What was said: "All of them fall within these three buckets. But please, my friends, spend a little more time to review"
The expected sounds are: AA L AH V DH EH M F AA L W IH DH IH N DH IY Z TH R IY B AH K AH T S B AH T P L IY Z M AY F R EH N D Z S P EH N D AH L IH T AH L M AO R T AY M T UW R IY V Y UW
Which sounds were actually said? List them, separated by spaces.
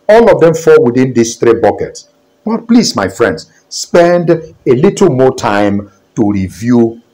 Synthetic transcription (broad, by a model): AA L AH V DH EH M F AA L W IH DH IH N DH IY S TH R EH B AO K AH T S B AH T P L IY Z M AY F R EH N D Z S P EH N D AH L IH T L M AO T AY M T UW R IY V Y UW